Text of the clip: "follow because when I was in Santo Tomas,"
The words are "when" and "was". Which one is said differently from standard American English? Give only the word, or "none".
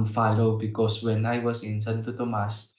was